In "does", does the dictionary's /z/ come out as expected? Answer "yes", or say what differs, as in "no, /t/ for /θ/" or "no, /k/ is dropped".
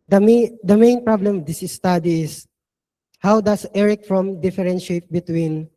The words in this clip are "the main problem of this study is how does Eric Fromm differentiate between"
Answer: no, /s/ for /z/